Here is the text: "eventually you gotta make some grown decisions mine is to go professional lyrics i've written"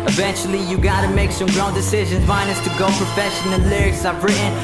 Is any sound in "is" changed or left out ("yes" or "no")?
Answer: yes